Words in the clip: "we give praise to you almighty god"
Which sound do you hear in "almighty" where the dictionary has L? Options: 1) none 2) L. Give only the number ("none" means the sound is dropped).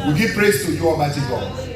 1